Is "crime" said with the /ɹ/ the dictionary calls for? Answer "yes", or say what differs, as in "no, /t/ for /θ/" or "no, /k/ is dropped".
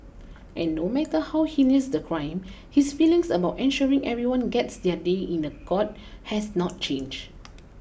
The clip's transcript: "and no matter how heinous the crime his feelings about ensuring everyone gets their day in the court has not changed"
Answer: yes